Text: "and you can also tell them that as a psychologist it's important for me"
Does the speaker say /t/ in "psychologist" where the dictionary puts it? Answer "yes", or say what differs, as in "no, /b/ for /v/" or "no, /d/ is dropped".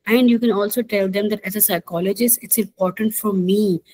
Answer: no, /t/ is dropped